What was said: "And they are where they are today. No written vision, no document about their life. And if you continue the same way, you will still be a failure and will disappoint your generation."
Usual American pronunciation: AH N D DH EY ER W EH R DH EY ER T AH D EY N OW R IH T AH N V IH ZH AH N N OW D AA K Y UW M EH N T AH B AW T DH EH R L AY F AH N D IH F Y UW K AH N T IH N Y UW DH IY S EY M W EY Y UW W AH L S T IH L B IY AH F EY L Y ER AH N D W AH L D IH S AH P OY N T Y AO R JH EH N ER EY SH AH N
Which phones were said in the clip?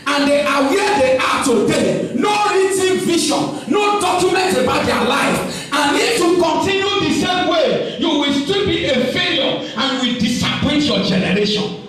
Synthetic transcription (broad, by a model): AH N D EY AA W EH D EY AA T AH D EY N OW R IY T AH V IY SH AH N N OW D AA K Y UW M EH N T AH B AW T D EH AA L AY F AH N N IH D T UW K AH N T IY N Y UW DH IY S EY M W EY Y UW W AH L S T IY L B IY AH F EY L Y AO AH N W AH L D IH S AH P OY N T Y AO JH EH N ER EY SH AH N